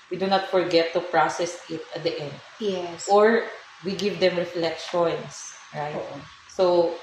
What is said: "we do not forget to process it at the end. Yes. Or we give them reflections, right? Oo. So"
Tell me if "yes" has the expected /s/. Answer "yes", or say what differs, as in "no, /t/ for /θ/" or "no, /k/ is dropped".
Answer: no, /s/ is dropped